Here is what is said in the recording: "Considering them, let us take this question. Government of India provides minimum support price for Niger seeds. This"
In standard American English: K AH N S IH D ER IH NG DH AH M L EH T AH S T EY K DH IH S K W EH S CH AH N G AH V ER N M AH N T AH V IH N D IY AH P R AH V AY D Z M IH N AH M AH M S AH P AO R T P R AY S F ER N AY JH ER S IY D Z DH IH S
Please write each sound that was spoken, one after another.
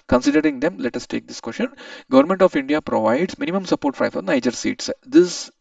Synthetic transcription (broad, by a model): K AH N S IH D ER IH NG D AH M L EH T AH S T EY K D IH S K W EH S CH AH N G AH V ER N M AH N T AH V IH N D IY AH P R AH V AY D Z M IH N AH M AH M S AH P AO R T F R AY F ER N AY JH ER S IY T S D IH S